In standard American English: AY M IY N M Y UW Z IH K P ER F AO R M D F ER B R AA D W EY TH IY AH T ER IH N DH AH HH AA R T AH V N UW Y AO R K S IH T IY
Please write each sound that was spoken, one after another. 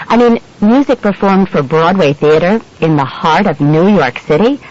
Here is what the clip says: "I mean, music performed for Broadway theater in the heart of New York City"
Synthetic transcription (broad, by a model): AY M IY N M Y UW Z IH K P ER F AO R M D F ER B R AA D W EY TH IY AH T ER IH N DH AH HH AA R T AH V N UW Y AO R K S IH T IY